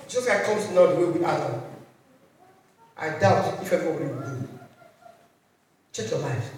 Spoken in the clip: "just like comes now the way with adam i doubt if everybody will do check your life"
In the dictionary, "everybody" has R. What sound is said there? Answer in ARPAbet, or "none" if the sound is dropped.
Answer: W